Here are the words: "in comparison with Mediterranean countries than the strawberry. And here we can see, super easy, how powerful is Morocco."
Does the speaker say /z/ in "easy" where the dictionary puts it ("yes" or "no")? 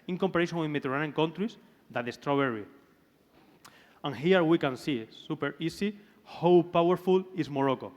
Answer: no